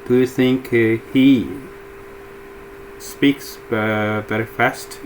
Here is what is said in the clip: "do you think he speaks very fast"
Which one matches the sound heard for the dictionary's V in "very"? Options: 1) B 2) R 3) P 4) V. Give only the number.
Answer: 1